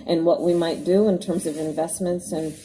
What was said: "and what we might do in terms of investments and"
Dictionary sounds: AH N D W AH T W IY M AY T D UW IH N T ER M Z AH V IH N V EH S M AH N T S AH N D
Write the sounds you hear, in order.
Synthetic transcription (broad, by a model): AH N W AH T W IY M AY T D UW IH N T ER M Z AH V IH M V EH S M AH N T S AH N